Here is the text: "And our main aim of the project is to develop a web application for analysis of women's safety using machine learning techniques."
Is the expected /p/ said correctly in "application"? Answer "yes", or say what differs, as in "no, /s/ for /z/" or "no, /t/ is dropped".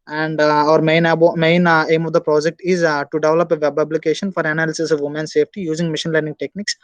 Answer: no, /b/ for /p/